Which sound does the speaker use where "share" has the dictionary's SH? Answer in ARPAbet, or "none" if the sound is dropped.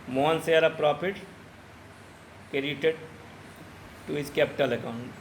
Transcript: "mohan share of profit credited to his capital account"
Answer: S